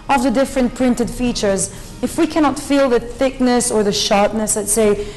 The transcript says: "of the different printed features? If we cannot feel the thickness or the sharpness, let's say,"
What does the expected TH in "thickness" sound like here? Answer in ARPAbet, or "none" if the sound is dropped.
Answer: TH